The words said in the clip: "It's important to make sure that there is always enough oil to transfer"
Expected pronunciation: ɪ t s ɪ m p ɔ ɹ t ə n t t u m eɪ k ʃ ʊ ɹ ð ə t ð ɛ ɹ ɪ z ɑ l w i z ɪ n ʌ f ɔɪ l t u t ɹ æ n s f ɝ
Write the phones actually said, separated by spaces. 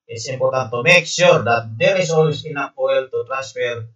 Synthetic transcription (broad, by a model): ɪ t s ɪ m p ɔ ɹ t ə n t t u m eɪ k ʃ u ɹ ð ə t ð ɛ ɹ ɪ s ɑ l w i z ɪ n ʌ p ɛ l t u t ɹ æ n s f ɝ